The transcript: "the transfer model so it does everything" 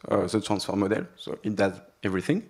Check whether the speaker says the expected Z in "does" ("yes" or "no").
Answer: yes